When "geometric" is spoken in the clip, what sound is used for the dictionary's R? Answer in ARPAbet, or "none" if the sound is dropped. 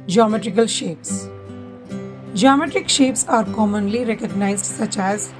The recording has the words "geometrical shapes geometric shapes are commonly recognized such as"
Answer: R